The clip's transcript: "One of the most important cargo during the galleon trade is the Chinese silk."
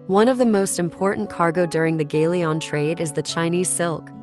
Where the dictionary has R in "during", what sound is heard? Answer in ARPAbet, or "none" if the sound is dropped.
R